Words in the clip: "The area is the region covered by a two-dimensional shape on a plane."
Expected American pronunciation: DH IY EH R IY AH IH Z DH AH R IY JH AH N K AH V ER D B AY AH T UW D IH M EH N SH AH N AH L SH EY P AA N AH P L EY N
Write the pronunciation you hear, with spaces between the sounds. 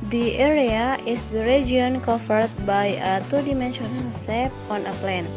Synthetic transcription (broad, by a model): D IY EH R IY AH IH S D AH R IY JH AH N K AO F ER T B AY AH T UW D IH M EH N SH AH N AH L S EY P AA N AH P L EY N